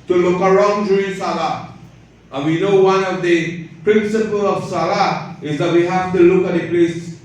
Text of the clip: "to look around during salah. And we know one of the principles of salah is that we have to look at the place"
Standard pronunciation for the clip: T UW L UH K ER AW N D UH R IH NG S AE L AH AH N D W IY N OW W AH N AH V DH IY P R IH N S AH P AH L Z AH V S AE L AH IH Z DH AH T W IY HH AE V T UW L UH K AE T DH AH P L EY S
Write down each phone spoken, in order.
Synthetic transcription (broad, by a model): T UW L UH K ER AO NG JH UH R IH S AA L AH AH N W IY N OW W AH N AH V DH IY P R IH N S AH P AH L AH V S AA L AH IH Z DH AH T W IY HH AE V T UW L UH K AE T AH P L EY S